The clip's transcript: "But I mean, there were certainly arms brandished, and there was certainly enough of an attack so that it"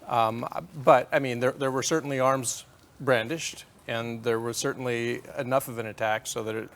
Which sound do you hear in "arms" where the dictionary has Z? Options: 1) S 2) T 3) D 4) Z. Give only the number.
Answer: 4